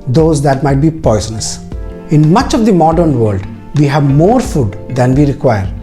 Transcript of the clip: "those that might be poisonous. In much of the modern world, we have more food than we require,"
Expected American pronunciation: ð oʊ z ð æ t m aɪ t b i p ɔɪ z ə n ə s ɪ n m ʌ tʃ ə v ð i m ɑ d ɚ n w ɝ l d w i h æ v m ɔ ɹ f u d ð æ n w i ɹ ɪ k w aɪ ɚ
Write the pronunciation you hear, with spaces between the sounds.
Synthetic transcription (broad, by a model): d oʊ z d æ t m aɪ t b i p ɔɪ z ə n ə s ɪ n m ʌ tʃ ə v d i m ɑ d ɚ n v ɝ l d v i h æ v m ɔ ɹ f u d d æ n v i ɹ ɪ k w aɪ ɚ